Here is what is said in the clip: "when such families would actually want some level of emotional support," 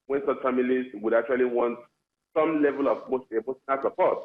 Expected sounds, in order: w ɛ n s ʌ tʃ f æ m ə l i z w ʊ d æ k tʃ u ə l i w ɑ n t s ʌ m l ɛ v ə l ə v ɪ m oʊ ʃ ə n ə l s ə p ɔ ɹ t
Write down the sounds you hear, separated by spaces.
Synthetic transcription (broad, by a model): w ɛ n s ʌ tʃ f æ m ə l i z w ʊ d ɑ k tʃ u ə l i w ɑ n t s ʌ m l ɛ v ə l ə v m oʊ s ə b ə n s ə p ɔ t